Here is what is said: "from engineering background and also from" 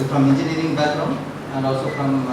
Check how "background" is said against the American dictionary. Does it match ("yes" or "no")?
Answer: no